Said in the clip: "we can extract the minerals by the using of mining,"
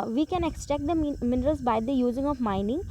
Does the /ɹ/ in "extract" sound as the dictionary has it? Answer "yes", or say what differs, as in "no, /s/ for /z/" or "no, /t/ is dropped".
no, /ɹ/ is dropped